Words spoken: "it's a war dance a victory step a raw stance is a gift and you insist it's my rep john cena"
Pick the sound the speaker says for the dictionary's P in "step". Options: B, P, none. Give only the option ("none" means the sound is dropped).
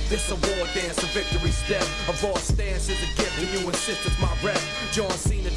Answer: none